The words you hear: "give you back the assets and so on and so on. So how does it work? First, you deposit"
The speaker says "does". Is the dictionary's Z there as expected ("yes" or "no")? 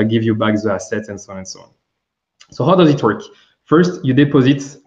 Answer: yes